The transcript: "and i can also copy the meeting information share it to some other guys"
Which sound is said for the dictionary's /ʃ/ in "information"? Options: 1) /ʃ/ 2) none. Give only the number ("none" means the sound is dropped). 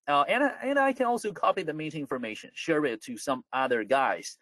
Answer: 1